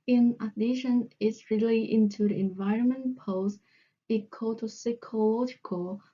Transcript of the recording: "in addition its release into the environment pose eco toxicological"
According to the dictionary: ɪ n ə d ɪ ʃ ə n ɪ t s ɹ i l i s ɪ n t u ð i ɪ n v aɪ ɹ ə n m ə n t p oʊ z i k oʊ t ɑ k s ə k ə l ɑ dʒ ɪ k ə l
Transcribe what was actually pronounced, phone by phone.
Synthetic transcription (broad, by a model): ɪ n ə d ɪ ʃ ə n ɪ t s ɹ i l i ɪ n t u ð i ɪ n v aɪ ɹ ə n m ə n p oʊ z i k oʊ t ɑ s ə k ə l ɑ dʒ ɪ k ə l